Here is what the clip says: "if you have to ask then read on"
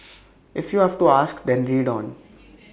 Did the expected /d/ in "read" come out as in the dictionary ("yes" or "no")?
yes